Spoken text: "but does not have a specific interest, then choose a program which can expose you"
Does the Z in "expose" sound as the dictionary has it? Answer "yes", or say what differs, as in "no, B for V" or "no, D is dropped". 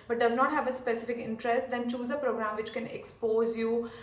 yes